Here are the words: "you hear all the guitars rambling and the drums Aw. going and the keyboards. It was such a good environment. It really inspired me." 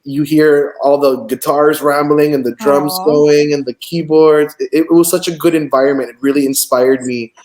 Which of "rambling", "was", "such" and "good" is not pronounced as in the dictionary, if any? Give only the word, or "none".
none